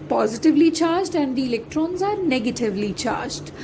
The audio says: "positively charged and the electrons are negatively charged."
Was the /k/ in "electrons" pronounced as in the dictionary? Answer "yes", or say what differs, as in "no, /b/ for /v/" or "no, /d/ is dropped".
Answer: yes